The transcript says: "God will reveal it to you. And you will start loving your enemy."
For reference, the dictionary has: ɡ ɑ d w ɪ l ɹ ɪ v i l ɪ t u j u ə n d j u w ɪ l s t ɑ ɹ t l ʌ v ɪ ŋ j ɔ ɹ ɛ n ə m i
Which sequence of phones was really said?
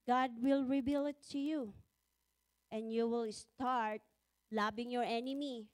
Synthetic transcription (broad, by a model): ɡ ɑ d w ɪ l ɹ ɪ b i l ɪ t u j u ə n d j u w ɪ l s t ɑ ɹ t l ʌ b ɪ ŋ j ɔ ɹ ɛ n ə m i